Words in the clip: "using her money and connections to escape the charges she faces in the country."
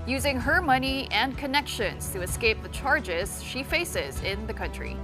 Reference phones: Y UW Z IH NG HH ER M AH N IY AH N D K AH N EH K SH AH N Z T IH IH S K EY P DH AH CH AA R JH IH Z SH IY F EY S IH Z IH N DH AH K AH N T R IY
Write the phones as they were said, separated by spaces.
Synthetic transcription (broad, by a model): Y UW Z IH NG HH ER M AH N IY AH N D K AH N EH K SH AH N Z T IH IH S K EY P DH AH CH AA R JH IH Z SH IY F EY S IH Z IH N DH AH K AH N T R IY